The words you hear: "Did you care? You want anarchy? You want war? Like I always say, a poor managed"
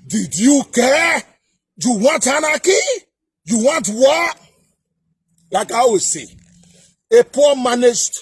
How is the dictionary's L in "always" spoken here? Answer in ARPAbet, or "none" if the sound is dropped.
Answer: none